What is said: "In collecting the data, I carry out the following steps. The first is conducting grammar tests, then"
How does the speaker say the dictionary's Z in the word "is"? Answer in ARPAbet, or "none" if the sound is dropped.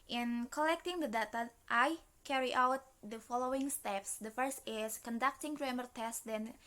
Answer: S